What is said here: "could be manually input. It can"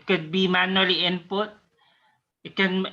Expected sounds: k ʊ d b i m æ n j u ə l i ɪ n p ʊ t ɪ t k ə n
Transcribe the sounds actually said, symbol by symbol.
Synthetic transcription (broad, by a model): k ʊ d b i m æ n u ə l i ɪ n p ʊ t ɪ t k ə n